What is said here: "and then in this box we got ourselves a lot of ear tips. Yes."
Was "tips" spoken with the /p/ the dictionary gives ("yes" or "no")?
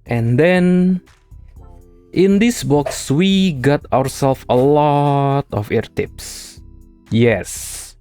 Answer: yes